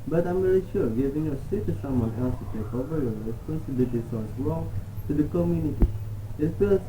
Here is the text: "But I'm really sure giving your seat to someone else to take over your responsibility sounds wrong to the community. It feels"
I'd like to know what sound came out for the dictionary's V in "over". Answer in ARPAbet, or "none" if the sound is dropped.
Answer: V